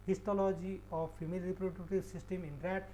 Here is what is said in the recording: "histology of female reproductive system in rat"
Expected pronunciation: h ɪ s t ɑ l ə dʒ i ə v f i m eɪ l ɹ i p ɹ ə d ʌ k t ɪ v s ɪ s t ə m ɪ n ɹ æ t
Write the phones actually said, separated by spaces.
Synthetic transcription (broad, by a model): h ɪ s t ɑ l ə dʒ i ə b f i m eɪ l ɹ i p ɹ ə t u t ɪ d s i s t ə m ɪ n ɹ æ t